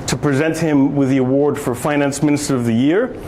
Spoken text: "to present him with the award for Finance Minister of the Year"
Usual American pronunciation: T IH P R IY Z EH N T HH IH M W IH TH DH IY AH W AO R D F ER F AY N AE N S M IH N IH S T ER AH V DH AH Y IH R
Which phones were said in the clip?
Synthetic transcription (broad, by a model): T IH P R IY Z EH N T HH IH M W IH DH IY AH W AO R D F ER F AY N AE N S M IH N IH S T ER AH V DH AH Y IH R